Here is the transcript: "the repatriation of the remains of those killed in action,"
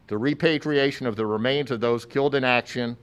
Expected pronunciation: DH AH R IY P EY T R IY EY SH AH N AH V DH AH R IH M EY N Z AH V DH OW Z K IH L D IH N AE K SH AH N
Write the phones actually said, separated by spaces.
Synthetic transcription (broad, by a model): DH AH R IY P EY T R IY EY SH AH N AH V DH AH R IH M EY N Z AH V DH OW Z K IH L D IH N AE K SH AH N